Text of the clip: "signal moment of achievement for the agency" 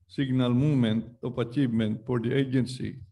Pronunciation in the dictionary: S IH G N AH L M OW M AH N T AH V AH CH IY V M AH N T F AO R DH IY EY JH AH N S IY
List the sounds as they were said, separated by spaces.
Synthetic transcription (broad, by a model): S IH G N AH L M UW M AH N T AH P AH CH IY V M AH N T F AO R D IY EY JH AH N S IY